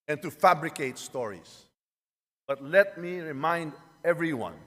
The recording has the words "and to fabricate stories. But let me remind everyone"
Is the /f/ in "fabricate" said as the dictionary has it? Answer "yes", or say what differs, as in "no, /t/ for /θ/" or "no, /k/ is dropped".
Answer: yes